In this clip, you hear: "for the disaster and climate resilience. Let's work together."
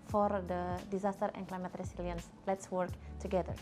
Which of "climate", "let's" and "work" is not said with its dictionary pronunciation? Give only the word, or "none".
none